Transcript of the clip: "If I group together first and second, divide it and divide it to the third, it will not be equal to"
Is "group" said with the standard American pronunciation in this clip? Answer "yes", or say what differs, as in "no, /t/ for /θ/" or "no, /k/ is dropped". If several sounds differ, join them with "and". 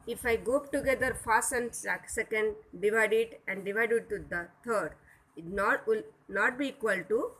no, /ɹ/ is dropped